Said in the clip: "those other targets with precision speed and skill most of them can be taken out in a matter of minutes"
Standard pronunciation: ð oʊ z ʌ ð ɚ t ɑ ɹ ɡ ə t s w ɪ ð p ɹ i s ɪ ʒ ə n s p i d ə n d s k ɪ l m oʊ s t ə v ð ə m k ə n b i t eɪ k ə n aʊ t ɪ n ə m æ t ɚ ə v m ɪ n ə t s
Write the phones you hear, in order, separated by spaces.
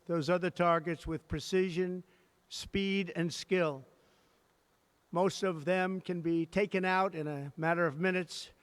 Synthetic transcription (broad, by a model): ð oʊ z ʌ ð ɚ t ɑ ɹ ɡ ə t s w ɪ ð p ɹ i s ɪ ʒ ə n s p i d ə n s k ɪ l m oʊ s t ə v ð ə m k ə n b i t eɪ k ə n aʊ t ɪ n ə m æ t ɚ ə v m ɪ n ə t s